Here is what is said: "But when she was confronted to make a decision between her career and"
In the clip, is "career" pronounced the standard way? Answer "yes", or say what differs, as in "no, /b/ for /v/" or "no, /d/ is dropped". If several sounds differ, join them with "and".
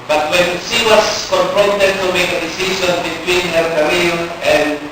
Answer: no, /l/ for /ɹ/